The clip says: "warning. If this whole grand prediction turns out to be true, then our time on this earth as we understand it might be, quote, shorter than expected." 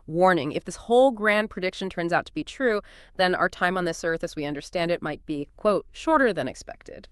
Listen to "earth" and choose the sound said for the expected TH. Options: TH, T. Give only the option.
TH